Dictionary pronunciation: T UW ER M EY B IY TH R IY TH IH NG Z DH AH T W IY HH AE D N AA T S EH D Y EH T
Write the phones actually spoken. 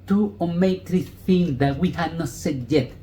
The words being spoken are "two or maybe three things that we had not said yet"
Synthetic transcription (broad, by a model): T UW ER M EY IY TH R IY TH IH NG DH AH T W IY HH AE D N AA T S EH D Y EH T